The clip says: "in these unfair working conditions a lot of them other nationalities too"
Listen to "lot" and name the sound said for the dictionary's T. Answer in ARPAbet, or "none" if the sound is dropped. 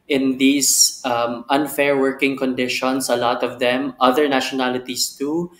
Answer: T